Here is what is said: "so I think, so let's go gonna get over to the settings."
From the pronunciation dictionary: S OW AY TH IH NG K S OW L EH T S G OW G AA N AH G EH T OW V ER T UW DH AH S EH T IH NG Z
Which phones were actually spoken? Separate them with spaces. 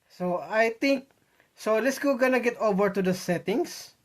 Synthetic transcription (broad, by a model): S OW AY T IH NG K S OW L EH T S G OW G AA N AH G EH T OW V ER T UW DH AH S EH T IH NG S